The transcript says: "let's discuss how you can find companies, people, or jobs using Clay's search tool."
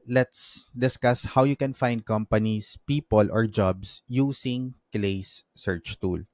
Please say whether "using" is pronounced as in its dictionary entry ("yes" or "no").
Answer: no